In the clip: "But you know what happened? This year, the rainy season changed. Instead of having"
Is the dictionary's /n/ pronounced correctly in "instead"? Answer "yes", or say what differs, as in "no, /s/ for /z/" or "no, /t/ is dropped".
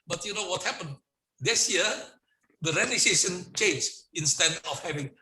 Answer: yes